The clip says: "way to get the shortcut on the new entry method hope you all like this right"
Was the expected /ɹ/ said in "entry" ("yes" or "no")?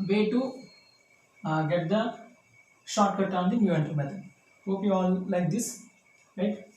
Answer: no